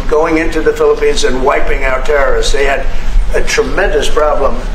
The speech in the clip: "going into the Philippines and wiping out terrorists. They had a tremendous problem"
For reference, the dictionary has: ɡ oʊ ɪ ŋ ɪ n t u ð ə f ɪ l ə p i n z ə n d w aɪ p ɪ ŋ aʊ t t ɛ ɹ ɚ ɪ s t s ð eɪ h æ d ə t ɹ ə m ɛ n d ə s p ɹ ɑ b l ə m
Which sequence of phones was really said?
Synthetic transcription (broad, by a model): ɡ oʊ ɪ ŋ ɪ n t u ð ə f ɪ l ə p i n z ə n w aɪ p ɪ ŋ aʊ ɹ t ɛ ɹ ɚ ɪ s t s ð eɪ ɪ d ə t ɹ ə m ɛ n d ə s p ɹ ɑ b l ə m